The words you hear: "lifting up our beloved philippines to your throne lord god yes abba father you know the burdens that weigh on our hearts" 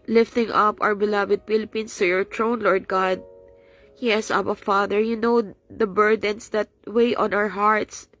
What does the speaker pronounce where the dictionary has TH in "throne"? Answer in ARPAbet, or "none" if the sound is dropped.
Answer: T